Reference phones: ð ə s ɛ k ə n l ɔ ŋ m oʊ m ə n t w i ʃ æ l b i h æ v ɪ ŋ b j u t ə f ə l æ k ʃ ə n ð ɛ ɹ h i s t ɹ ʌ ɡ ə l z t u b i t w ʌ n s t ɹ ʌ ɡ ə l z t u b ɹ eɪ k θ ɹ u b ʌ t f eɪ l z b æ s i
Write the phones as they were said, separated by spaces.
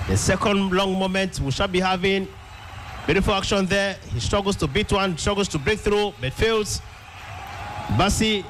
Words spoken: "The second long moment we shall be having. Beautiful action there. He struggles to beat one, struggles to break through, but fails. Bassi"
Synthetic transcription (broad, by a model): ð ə s ɛ k ə n l ɔ ŋ m oʊ m ə n t w i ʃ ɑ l b i h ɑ v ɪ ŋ b j u t ə f ə l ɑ k ʃ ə n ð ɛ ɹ h i s t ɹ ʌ ɡ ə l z t u b i t w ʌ n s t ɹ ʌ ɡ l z t u b ɹ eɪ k θ ɹ u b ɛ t f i l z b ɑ s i